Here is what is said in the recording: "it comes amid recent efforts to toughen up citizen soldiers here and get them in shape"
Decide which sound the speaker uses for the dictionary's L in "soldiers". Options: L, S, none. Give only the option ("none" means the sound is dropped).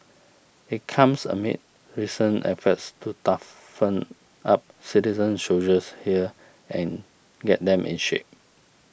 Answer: none